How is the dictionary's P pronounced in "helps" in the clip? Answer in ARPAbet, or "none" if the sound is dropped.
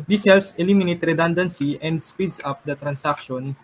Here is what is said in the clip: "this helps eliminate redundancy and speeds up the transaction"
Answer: none